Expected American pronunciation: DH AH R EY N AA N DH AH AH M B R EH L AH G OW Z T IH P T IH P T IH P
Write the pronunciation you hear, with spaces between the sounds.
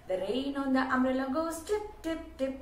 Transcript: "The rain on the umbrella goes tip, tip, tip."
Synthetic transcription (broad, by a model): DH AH R EY N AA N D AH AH M R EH L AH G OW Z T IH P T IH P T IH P